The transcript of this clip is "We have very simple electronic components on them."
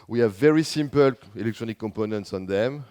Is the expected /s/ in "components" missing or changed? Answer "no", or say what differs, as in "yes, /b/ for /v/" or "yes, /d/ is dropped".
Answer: no